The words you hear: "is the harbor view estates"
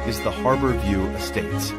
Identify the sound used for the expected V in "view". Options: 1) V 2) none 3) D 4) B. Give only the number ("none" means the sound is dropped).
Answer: 1